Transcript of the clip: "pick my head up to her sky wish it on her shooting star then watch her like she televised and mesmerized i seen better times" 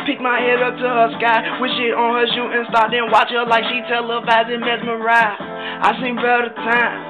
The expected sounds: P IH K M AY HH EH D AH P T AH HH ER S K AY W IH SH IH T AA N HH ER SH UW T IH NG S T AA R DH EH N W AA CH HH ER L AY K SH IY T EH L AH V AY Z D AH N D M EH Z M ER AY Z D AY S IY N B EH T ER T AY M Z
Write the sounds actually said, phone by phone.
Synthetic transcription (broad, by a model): P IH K M AY HH EH D AH P T AH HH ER S K AY W IH SH IH T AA N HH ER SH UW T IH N S T AA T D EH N W AA CH HH ER L AY K SH IY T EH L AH B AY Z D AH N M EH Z M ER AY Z AY S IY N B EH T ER T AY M